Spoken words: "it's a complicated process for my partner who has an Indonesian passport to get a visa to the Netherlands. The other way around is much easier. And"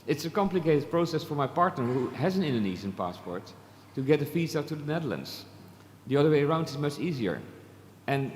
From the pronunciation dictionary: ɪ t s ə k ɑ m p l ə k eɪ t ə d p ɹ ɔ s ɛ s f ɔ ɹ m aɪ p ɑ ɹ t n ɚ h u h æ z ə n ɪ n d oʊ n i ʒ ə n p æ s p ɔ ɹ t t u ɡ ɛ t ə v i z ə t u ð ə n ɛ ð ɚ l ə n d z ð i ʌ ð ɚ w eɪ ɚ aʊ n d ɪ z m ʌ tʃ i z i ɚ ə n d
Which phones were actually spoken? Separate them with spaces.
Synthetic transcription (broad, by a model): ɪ t s ə k ɑ m p l ə k eɪ t ə d p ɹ ɔ s ɛ s f ɔ ɹ m aɪ p ɑ ɹ t n ɚ h u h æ z ə n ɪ n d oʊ n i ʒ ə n p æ s p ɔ ɹ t t u ɡ ɛ t ə f i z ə t u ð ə n ɛ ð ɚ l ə n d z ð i ʌ ð ɚ w eɪ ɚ aʊ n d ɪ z m ʌ tʃ i z i ɚ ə n